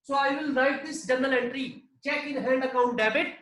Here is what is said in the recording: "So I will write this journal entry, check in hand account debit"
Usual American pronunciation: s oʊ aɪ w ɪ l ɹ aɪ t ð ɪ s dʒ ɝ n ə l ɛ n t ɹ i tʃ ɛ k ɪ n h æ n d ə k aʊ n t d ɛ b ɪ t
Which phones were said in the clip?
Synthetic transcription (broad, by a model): s oʊ aɪ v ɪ l ɹ aɪ t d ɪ s dʒ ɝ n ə l ɛ n t ɹ i tʃ ɛ k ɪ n h æ n d ə k aʊ n t d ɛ b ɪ t